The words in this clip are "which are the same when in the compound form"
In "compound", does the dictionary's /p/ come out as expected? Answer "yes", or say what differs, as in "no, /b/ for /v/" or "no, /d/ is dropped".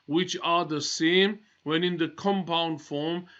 yes